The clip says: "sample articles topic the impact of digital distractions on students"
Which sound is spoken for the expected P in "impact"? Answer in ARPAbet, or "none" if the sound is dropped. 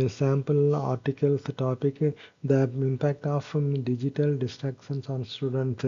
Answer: P